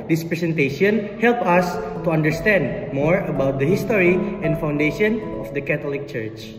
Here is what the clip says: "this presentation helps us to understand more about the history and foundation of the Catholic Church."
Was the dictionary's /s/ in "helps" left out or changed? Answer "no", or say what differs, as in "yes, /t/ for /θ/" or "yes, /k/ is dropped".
yes, /s/ is dropped